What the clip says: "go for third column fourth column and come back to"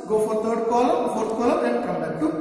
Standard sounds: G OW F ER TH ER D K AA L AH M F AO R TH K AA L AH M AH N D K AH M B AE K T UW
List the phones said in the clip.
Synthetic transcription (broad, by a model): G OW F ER T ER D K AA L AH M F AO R T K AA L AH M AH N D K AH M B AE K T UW